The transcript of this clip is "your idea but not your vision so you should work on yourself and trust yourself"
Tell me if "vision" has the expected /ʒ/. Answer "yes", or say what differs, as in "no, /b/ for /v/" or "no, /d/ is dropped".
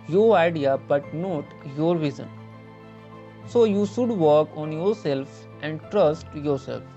no, /z/ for /ʒ/